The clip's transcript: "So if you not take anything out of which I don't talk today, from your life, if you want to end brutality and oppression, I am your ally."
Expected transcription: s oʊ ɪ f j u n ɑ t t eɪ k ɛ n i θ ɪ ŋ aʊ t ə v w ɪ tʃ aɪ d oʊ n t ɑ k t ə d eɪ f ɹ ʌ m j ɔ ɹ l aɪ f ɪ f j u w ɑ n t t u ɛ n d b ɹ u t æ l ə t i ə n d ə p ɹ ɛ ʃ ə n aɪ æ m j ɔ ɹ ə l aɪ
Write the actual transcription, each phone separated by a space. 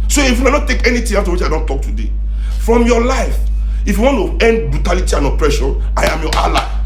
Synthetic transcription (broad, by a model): s oʊ ɪ f j u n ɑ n t eɪ k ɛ n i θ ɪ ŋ aʊ t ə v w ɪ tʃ aɪ d oʊ n t ɑ k t ə d eɪ f ɹ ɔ m j ɔ l aɪ f ɪ f j u w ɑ n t t u ɛ n d b ɹ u t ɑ l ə t i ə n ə p ɹ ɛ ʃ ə aɪ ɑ m j ɔ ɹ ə l aɪ